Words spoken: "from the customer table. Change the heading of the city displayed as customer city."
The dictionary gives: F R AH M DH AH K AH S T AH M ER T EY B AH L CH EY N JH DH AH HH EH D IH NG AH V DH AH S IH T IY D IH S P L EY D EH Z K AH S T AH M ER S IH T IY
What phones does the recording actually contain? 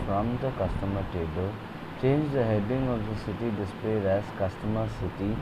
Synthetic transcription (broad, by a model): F R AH M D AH K AH S T AH M ER T EY B AH L CH EY N JH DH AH HH EH D IH NG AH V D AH S IH T IY D IH S P L EY D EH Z K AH S T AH M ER S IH T IY